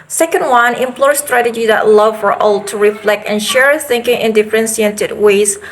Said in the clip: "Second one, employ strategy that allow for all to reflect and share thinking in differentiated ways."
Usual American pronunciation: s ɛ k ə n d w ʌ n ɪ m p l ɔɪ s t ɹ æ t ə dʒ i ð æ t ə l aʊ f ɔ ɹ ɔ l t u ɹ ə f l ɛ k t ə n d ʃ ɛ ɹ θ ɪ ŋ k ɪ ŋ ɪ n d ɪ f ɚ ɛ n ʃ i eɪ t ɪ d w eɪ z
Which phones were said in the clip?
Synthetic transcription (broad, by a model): s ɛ k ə n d w ʌ n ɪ m p l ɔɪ s t ɹ æ t ə dʒ i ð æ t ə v f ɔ ɹ ɔ l t u ɹ ə f l ɛ k t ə n ʃ ɛ ɹ θ ɪ ŋ k ɪ ŋ ɪ n d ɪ f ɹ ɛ n s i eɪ t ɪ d w eɪ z